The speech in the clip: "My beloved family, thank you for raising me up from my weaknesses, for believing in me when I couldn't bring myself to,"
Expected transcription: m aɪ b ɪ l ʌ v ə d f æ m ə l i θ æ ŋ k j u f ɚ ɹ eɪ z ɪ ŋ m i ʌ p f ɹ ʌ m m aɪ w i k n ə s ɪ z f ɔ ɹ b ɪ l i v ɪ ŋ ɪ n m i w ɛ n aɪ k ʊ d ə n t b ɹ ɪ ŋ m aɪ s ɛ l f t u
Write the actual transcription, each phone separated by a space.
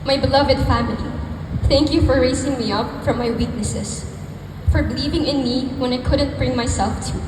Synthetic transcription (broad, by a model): m aɪ b ɪ l ʌ v ə d f æ m ə l i θ æ ŋ k j u f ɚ ɹ eɪ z ɪ ŋ m i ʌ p f ɹ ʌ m m aɪ w i k n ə s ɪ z f ɔ ɹ b ɪ l i v ɪ ŋ ɪ n m i w ɛ n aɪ k ʊ d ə n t b ɹ ɪ ŋ m aɪ s ɛ l f t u